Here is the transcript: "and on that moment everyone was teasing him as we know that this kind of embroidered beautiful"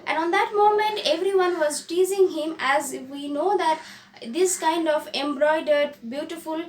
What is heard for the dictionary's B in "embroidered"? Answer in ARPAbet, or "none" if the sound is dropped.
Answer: B